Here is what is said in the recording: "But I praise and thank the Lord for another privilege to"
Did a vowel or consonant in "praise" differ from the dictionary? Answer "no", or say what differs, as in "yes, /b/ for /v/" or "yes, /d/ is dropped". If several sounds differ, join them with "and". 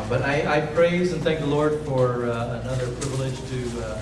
no